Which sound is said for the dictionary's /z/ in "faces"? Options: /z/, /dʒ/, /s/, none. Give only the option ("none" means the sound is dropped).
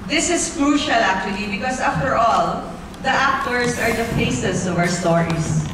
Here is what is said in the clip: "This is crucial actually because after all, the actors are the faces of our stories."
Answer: /s/